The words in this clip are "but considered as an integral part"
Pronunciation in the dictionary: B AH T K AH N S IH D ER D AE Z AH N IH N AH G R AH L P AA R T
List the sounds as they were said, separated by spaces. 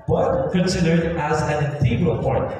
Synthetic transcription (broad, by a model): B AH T K AH N S IH D ER D AE Z AH N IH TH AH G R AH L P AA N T